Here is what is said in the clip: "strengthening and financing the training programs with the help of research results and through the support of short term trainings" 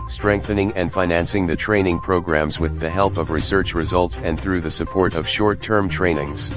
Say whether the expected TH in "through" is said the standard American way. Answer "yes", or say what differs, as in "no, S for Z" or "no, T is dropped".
yes